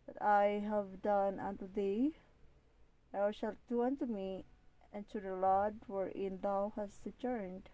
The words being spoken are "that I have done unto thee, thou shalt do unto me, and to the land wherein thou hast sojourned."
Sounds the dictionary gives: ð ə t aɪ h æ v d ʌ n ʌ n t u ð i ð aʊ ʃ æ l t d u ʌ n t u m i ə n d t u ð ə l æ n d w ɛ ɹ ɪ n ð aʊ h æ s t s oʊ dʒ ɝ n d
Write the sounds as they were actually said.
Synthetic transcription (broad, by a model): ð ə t aɪ h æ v d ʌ n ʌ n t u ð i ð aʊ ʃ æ l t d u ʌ n t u m i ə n t u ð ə l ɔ d w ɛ ɹ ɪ n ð aʊ h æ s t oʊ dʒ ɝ n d